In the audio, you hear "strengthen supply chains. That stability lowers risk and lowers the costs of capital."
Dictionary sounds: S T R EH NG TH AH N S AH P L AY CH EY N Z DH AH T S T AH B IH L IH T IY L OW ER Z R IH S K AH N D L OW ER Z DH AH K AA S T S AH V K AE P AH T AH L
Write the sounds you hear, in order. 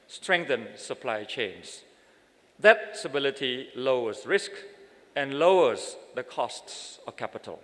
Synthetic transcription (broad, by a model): S T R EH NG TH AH N S AH P L AY CH EY N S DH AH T S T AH B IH L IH T IY L OW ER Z R IH S K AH N L OW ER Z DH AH K AA S T S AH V K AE P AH T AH L